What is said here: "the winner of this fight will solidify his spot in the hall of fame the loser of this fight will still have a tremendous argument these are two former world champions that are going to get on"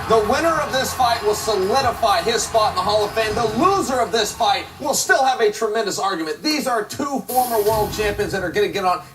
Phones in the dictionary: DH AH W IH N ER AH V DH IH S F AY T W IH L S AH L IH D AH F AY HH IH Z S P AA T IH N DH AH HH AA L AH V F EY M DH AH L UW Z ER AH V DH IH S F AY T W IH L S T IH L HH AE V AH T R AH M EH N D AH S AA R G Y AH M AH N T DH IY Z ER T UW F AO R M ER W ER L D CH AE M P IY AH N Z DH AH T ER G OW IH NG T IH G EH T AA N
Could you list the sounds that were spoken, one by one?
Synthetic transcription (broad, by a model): DH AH W IH N ER AH V DH IH S F AY T W IH L S AH L IH D AH F AY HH IH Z S P AA T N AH HH AA L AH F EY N DH AH L UW Z ER AH V DH IH S F AY T W IH L S T IH L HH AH V AH T R AH M EH N D AH S AA R G Y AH M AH N DH IY Z ER T UW F AO R M ER W ER L D CH AE M P IY AH N Z DH AH T ER G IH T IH G EH T N